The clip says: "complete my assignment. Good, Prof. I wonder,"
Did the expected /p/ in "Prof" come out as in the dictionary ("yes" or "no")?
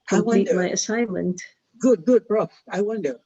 no